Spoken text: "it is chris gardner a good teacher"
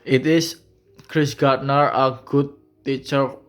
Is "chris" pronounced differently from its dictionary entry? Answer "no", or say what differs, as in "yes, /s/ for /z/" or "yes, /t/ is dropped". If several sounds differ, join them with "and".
no